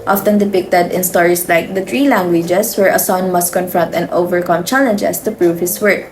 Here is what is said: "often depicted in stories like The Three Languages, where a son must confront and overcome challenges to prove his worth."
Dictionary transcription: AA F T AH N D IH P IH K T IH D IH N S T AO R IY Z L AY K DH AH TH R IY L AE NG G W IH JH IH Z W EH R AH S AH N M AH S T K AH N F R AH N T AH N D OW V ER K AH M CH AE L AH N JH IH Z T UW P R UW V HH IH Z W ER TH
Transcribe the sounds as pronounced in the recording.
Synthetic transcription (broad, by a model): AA F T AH N D IH P IH K T IH D IH N S T AO R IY S L AY K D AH T R IY L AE NG G W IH JH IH S W EH R AH S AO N M AH S T K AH N F R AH N T AH N D OW V ER K AH M CH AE L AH N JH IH S T UW P R UW V HH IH S W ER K